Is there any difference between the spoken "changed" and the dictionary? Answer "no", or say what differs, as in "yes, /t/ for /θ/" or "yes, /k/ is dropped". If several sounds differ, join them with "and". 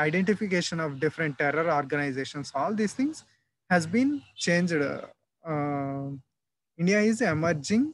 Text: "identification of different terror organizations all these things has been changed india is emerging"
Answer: no